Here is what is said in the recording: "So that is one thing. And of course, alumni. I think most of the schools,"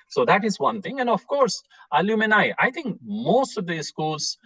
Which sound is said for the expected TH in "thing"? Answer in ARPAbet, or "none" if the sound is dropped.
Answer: T